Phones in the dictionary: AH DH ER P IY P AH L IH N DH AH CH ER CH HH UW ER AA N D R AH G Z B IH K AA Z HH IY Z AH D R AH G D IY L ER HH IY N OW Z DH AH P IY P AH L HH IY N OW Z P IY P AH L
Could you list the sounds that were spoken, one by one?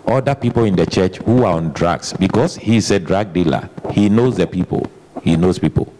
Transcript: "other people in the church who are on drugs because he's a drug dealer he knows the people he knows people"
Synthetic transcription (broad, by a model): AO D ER P IY P AH L IH N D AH CH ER CH HH UW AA AA N D R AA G S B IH K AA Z HH IY S AH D R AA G D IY L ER HH IY N OW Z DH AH P IY P AH L HH IY N OW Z P IY P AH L